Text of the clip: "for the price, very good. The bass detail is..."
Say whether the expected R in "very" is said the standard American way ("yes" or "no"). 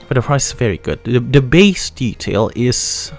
yes